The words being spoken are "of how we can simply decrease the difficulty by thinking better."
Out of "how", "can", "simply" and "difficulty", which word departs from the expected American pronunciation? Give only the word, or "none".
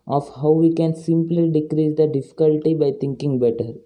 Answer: none